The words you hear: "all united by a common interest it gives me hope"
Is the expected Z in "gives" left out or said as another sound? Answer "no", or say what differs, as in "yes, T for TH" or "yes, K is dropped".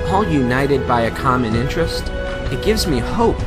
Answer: no